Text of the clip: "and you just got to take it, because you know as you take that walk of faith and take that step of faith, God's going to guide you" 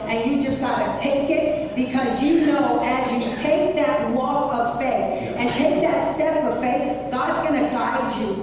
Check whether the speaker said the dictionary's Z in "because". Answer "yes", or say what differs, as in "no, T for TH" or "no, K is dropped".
yes